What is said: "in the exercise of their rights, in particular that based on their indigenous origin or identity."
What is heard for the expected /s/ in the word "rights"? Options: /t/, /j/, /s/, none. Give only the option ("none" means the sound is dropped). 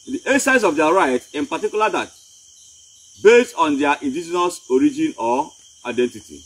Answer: none